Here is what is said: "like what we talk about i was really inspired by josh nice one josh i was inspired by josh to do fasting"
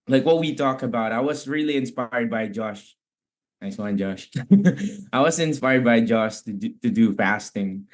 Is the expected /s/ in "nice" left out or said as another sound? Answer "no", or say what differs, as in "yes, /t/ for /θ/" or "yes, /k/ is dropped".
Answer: no